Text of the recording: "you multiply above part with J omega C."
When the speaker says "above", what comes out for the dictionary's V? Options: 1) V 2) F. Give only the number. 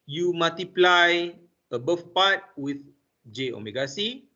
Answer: 2